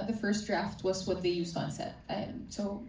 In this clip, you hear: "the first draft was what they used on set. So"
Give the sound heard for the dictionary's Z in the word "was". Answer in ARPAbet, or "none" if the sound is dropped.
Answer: Z